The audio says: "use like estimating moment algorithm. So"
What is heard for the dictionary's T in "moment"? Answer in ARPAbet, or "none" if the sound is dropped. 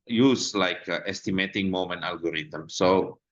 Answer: none